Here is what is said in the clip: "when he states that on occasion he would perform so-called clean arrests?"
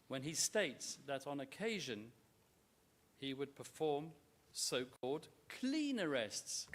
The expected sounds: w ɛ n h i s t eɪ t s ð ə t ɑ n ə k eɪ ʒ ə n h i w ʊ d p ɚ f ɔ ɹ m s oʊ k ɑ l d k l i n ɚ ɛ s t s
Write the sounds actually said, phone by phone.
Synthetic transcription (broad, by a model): w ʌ n i s t eɪ t s ð ə t n ə k eɪ ʒ ə n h i w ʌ d p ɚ f ɔ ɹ m s oʊ k ɑ l d k l i n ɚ ɛ s t s